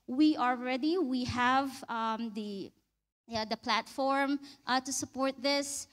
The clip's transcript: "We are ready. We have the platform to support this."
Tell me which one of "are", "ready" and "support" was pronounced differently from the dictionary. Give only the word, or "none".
are